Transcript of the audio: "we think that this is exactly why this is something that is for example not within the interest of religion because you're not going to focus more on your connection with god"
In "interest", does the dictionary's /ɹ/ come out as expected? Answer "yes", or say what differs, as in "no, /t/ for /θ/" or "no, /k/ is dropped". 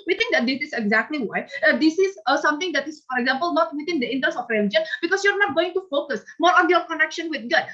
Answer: no, /ɹ/ is dropped